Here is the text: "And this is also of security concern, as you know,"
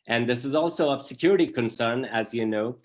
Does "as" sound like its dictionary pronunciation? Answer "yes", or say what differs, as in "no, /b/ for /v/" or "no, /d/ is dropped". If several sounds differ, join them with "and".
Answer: yes